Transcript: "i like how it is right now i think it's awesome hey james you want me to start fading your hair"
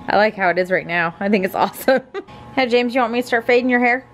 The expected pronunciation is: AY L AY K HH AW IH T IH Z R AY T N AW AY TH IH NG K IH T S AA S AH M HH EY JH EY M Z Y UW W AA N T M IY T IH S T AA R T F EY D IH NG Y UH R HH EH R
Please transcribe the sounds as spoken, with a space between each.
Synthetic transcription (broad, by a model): AY L AY K HH AW IH T IH Z R AY T N AW AY TH IH NG K IH T S AA S AH M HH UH JH EY M Z Y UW W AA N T M IY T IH S T AA R T F EY D IH NG Y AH R HH EH R